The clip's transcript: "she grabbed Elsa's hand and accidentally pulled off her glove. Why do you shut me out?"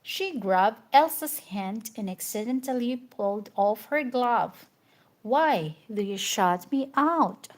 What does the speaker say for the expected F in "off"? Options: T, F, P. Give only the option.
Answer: F